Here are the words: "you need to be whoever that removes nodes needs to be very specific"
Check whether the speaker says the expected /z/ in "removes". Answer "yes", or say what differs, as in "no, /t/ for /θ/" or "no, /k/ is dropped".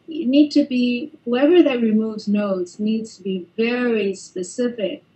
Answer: yes